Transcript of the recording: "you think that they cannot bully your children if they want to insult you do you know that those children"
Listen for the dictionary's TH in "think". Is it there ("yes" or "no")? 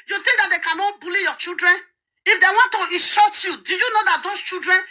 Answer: no